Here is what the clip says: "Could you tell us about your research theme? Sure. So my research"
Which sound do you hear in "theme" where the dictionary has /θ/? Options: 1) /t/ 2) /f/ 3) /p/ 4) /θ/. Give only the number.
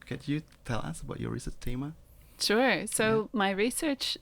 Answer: 1